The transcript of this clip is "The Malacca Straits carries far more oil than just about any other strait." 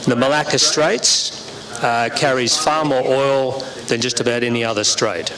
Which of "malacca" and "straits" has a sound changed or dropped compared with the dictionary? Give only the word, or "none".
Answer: none